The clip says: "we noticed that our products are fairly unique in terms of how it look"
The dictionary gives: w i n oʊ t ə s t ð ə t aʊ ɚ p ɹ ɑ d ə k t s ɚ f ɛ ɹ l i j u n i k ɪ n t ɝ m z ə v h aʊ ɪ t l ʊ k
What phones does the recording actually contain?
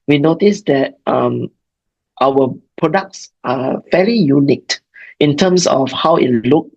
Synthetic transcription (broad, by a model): w i n oʊ t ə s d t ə t aʊ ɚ p ɹ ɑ d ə k t s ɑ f ɛ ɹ i j u n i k ɪ n t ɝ m s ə f h aʊ ɪ t l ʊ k